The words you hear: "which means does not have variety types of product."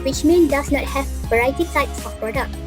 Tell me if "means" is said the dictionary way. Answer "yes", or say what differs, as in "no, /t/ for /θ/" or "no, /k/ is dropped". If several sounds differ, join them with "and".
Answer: no, /z/ is dropped